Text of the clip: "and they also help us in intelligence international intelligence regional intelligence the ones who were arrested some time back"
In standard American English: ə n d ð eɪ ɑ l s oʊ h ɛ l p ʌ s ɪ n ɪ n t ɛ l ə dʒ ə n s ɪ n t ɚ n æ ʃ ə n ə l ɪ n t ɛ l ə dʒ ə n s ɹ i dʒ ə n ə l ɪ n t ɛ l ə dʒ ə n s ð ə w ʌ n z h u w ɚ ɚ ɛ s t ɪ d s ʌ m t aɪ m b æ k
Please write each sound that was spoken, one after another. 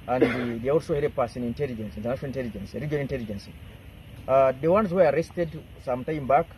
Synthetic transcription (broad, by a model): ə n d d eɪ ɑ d s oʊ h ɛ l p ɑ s ɪ n ɪ n t ɛ l ə dʒ ə n s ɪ n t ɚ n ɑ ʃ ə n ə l ɪ n t ɛ l ə dʒ ə n s ɹ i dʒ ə ə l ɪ n t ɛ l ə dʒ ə n s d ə w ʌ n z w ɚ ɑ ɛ s t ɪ d s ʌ m t aɪ m b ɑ k